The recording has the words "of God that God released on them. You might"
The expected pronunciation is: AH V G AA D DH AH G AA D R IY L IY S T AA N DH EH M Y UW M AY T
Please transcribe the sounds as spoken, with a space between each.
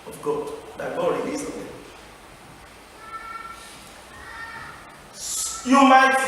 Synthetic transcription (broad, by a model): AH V G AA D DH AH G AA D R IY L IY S AA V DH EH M Y UW M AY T